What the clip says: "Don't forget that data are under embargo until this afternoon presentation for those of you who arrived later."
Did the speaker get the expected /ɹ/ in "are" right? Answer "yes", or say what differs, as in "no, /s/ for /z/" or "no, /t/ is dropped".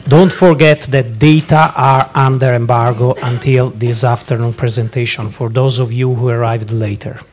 yes